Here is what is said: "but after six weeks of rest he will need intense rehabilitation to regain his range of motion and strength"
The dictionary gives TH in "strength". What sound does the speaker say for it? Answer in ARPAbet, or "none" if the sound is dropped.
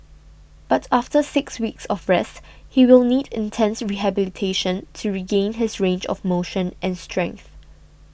TH